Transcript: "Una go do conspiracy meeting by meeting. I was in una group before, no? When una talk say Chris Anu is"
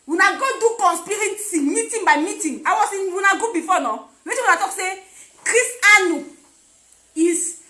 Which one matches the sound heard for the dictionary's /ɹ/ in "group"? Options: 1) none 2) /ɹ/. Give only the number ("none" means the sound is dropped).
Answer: 1